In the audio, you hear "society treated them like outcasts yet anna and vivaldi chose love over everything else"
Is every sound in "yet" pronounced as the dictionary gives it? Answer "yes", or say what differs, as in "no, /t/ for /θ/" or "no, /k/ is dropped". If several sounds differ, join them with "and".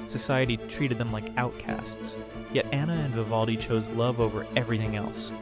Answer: yes